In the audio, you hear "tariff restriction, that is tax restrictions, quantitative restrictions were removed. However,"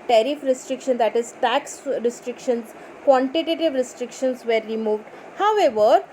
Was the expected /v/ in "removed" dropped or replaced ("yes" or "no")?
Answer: no